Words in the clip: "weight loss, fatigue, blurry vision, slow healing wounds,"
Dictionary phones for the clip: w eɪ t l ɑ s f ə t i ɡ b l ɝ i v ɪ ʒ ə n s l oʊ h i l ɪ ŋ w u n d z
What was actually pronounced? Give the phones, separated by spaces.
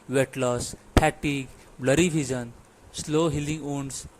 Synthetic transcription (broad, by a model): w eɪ t l ɑ s p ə t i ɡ b l ɝ i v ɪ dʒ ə n s l oʊ h i l ɪ ŋ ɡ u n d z